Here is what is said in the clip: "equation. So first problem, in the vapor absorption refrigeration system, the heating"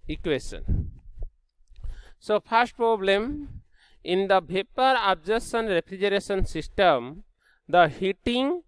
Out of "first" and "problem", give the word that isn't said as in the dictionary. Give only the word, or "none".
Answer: first